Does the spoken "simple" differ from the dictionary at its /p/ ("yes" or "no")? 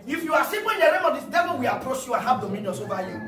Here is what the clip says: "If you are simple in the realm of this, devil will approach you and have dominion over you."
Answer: yes